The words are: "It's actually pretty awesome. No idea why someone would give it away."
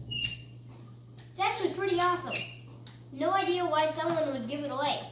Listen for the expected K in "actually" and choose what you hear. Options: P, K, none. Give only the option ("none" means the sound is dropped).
none